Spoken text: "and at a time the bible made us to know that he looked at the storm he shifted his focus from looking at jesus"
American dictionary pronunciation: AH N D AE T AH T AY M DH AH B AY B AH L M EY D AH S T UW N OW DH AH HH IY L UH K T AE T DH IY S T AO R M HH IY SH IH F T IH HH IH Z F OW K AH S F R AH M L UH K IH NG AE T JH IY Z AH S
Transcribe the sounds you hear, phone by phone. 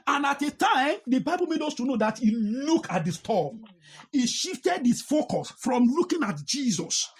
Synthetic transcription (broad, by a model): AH N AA T AH T AY M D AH B AY B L M EY D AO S T UW N OW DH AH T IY L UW K AA T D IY S T AO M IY SH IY F T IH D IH S F OW K AH S F R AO M L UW K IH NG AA T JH IY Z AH S